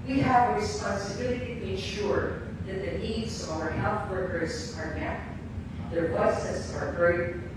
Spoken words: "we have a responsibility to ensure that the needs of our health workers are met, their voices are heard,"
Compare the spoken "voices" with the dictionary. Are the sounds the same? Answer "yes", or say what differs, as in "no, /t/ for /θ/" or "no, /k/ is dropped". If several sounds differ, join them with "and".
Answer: no, /w/ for /v/ and /s/ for /z/